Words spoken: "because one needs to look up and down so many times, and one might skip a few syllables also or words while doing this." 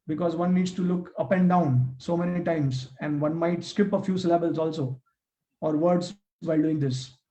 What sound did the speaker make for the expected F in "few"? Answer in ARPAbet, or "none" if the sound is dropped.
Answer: F